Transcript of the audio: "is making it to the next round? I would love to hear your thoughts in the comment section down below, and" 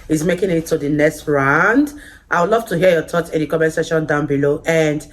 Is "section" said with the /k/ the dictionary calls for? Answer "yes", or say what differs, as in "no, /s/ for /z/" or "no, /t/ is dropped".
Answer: no, /k/ is dropped